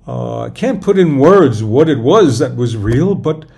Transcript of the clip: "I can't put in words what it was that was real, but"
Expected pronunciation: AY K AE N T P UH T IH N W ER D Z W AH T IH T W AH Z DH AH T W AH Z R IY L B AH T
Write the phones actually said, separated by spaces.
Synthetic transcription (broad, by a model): AY K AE N P UH T IH N W ER D Z W AH T IH T W AH Z DH AH T W AH Z R IY L B AH T